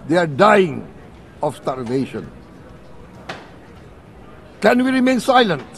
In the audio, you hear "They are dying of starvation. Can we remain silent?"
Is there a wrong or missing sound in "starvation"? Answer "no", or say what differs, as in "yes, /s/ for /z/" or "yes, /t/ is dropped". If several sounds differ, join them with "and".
yes, /l/ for /ɹ/